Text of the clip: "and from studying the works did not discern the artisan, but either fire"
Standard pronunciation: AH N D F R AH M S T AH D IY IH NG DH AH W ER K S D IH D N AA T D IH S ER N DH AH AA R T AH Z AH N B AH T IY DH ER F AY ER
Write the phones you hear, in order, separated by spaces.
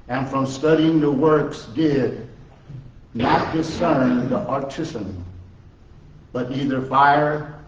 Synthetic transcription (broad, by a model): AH N F R AH M S T AH D IY IH NG DH AH W ER K S D IH D N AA T D IH S ER N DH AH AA R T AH S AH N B AH T IY DH ER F AY ER